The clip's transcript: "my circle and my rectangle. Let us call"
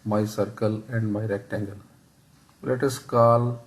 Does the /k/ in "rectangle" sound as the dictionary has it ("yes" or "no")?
yes